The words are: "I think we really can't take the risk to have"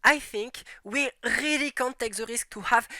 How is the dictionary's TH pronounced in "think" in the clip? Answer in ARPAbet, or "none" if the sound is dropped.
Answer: TH